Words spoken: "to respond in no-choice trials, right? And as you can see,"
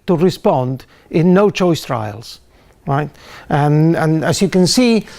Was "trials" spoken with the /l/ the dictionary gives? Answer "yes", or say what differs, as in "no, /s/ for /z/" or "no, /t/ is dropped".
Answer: yes